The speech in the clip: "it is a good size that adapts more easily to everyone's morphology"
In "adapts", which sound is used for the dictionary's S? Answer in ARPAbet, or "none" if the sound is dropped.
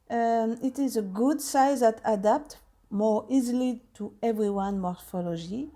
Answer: none